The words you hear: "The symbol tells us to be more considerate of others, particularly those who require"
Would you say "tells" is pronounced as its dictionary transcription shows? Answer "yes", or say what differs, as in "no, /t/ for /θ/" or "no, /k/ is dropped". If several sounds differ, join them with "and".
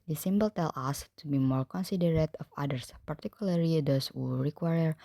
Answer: no, /z/ is dropped